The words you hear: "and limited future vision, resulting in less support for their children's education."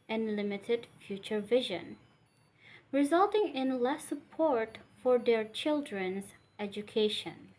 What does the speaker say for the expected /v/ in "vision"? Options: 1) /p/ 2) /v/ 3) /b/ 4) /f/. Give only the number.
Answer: 2